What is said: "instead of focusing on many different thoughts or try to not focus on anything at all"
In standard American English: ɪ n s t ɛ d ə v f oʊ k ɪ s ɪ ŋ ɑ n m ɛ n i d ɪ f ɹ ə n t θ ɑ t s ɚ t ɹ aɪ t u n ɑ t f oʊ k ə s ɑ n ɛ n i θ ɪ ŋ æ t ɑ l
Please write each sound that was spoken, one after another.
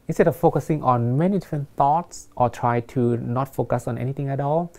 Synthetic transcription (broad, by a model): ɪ n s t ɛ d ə f oʊ k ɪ s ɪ ŋ ɑ n m ɛ n i d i f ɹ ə n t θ ɑ t s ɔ t ɹ aɪ t u n ɑ t f oʊ k ə s ɑ n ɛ n i t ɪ ŋ æ t ɑ l